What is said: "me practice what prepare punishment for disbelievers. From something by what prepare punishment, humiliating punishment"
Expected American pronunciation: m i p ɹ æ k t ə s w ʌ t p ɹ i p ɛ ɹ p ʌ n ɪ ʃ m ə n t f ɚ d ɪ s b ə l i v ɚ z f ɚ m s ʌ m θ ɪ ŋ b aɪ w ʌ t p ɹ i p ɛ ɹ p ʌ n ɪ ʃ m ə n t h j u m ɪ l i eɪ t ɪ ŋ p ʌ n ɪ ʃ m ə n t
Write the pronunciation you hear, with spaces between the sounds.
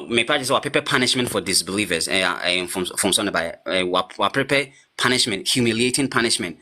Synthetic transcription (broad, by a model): m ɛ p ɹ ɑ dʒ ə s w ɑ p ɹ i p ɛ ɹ p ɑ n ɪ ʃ m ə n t f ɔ d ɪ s b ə l i v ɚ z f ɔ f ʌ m s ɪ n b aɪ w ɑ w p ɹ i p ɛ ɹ p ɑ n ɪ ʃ m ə n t h j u m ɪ l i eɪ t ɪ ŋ p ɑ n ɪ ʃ m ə n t